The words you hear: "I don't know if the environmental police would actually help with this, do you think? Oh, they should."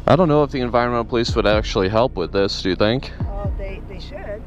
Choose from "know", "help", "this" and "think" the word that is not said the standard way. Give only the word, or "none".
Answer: none